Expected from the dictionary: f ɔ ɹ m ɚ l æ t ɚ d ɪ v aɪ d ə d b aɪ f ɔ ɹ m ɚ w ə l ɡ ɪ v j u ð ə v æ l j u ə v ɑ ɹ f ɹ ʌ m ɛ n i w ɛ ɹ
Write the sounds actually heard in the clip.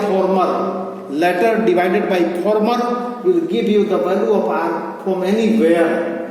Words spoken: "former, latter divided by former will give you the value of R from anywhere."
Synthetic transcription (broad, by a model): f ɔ ɹ m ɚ l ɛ t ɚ d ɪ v aɪ d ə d b aɪ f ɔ ɹ m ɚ w ə l ɡ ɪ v j u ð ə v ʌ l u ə p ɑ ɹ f ɹ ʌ m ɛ n i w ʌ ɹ